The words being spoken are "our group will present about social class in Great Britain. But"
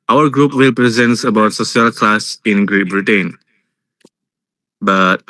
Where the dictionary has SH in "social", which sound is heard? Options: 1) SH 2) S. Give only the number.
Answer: 2